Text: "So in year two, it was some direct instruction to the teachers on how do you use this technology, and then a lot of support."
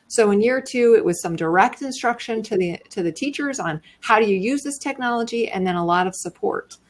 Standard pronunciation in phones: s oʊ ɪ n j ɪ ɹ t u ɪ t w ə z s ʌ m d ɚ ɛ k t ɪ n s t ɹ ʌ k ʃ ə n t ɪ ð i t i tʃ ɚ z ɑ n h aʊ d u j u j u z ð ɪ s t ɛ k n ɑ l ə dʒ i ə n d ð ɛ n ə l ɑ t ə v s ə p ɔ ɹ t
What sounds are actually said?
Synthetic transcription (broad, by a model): s oʊ ɪ n j ɪ ɹ t u ɪ t w ə z s ʌ m d ɚ ɛ k t ɪ n s t ɹ ʌ k ʃ ə n t ɪ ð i t i tʃ ɚ z n h aʊ d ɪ j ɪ j u z ð ɪ s t ɛ k n ɑ l ə dʒ i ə n ð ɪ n ə l ɑ t ə v s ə p ɔ ɹ t